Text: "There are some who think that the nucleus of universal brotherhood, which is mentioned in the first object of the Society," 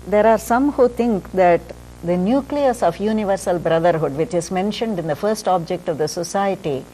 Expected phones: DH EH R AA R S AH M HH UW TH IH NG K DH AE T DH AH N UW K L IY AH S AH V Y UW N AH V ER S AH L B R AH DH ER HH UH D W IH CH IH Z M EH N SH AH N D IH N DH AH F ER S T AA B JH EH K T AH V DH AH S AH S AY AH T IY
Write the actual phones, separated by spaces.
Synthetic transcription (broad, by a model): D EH R AA R S AH M HH UW T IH NG K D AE T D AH N UW K L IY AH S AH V Y UW N AH V ER S AH L B R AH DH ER HH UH D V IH CH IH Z M EH N SH AH N D IH N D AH F ER S T AA B JH EH K T AH V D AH S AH S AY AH T IY